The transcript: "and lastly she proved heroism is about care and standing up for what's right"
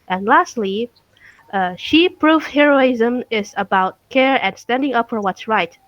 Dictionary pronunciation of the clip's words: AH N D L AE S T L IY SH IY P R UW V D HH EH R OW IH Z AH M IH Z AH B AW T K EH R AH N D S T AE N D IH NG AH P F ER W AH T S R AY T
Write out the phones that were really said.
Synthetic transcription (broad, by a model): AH N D L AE S T L IY SH IY P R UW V HH EH R OW IH Z AH M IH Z AH B AW T K EH R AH N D S T AE N D IH NG AH P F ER W AH T S R AY T